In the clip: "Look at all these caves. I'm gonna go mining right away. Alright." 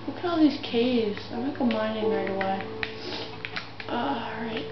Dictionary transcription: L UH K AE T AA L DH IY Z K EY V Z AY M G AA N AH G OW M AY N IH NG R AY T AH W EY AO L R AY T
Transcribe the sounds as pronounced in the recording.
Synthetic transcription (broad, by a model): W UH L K AA L DH IY Z K EY V Z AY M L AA AH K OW M AY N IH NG R AY T AH W EY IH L R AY T